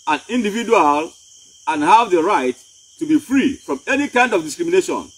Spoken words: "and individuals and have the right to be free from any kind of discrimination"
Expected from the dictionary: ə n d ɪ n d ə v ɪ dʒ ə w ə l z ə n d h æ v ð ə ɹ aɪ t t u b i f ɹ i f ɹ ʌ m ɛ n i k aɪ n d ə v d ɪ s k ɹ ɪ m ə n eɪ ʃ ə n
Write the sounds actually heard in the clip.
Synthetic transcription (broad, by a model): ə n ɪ n d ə v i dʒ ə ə l ə n h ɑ v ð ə ɹ aɪ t t u b i f ɹ i f ɹ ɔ m ɛ n i k aɪ n d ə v d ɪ s k ɹ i m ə n eɪ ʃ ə n